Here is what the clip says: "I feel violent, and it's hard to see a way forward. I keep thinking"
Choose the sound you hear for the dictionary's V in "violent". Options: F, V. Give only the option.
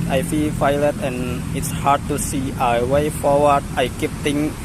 F